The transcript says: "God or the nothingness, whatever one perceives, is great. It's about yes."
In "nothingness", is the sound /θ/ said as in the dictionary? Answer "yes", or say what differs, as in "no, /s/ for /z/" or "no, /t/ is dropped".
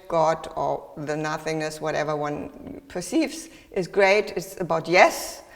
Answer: yes